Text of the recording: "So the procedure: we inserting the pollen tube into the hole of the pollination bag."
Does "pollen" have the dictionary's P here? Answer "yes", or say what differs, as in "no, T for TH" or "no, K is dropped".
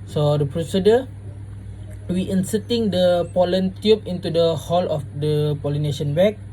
yes